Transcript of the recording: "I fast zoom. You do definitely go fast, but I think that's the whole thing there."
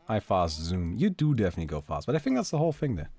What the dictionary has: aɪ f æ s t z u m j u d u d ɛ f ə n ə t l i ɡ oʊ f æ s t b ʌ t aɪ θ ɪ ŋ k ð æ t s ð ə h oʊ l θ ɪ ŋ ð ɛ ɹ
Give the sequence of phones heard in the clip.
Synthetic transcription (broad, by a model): aɪ f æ s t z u m j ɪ d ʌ d ɛ f ə n ə t l i ɡ oʊ f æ s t b ʌ t aɪ θ ɪ ŋ k ð æ t s ð ə h oʊ l θ ɪ ŋ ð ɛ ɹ